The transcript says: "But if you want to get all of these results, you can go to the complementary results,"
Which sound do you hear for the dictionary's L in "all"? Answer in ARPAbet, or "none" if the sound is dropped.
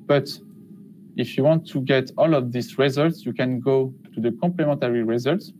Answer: L